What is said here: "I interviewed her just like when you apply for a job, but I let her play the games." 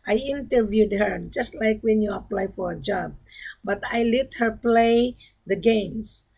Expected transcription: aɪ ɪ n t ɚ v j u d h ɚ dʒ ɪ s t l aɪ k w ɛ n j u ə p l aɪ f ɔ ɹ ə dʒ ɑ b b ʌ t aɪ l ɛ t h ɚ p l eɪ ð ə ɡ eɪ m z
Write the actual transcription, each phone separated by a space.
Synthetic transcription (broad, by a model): aɪ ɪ n t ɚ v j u d h ɚ dʒ ɪ s t l aɪ k w ɛ n j u ə p l aɪ f ɔ ɹ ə dʒ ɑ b b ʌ t aɪ l ɛ t h ɚ p l eɪ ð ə ɡ eɪ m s